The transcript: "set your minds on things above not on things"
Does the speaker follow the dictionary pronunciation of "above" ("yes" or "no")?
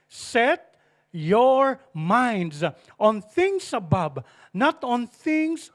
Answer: no